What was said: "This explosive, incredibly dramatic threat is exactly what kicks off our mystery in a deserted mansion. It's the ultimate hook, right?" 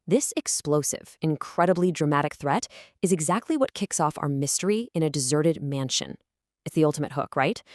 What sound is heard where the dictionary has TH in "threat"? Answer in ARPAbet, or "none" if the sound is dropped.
TH